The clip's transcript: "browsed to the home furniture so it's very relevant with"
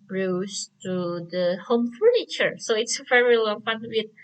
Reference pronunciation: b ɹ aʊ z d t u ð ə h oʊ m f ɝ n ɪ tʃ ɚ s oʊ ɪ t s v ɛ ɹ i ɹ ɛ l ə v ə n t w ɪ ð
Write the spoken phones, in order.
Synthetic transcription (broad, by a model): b ɹ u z t u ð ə h oʊ m f ɝ n ɪ tʃ ɚ s oʊ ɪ t s v ɛ ɹ i l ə f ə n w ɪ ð